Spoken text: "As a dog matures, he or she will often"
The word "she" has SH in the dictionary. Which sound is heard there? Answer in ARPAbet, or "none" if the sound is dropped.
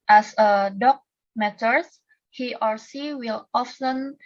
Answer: S